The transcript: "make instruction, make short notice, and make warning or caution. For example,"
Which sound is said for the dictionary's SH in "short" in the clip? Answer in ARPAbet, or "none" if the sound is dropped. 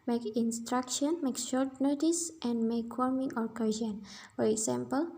SH